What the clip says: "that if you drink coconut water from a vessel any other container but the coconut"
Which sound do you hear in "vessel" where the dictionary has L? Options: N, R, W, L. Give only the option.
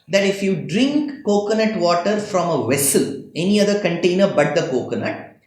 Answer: L